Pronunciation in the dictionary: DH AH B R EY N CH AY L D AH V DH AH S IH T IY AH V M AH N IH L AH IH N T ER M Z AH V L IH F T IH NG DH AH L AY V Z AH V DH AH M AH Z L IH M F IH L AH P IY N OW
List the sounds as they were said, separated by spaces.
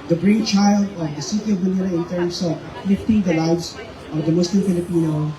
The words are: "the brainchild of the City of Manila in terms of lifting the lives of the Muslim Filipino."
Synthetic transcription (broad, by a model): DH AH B R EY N CH AY L D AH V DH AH S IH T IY AH V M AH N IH N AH IH N T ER M S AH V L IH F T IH NG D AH L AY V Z AH V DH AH M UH S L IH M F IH L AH P IY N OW